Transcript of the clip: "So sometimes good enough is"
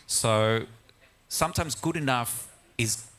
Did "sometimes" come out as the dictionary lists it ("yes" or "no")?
yes